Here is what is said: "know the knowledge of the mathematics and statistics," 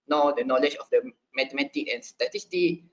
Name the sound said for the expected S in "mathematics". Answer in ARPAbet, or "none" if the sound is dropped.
none